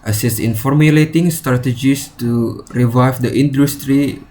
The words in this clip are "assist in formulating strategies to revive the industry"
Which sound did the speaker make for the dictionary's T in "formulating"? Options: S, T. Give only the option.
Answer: T